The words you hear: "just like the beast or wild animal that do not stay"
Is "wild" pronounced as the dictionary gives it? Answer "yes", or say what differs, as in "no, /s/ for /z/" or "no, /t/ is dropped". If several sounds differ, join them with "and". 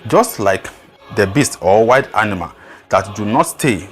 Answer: no, /l/ is dropped